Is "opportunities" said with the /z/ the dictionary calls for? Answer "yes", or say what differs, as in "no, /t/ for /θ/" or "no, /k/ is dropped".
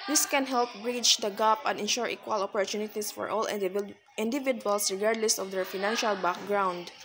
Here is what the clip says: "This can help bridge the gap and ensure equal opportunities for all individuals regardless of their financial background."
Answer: no, /s/ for /z/